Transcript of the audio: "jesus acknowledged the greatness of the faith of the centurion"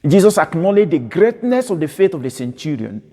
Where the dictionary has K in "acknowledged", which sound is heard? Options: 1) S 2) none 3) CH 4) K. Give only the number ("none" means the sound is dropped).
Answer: 4